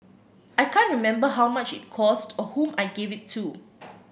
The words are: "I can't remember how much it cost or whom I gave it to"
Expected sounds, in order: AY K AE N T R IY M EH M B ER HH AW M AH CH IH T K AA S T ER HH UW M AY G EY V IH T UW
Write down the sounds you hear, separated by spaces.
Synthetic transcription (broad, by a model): AY K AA N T R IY M EH M B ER HH AW M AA CH IH T K AA S T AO HH UW M AY G EY V IH T UW